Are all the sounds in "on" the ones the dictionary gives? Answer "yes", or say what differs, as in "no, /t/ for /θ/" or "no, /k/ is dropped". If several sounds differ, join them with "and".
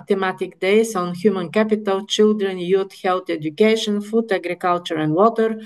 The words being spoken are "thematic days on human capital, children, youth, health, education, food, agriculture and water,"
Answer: yes